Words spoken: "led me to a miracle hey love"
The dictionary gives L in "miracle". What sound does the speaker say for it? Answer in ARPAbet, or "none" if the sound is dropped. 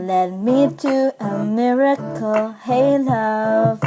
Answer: L